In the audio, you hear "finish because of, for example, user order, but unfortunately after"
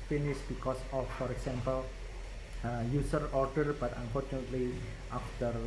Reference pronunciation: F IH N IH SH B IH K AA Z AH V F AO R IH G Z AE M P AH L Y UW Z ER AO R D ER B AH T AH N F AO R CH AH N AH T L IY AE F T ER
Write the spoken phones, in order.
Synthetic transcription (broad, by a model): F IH N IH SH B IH K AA S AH F AO R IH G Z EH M P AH L Y UW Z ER AO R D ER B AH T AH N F AO R CH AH N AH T L IY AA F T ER